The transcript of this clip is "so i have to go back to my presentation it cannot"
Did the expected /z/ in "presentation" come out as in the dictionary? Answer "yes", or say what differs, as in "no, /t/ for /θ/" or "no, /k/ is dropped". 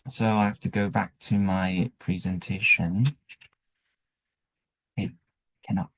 yes